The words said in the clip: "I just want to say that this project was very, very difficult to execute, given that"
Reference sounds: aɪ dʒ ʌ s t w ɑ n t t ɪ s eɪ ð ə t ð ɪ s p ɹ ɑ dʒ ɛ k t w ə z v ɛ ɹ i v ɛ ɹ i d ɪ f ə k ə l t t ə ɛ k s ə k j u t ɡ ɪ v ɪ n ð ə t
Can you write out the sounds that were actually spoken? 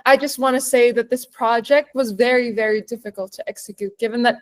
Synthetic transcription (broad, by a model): aɪ dʒ ʌ s t w ɑ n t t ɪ s eɪ ð ə t ð ɪ s p ɹ ɑ dʒ ɛ k t w ə z v ɛ ɹ i v ɛ ɹ i d ɪ f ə k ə l t t ɛ k s ə k j u t ɡ ɪ v ɪ n ð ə t